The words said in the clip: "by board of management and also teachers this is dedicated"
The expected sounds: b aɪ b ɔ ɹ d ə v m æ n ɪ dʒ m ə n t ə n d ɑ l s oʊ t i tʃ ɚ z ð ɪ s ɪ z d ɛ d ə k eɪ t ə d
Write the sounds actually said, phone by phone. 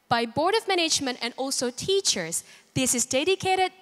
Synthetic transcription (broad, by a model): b aɪ b ɔ ɹ d ə v m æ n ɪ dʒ m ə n t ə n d ɑ l s oʊ t i tʃ ɚ z ð ɪ s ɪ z d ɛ d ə k eɪ t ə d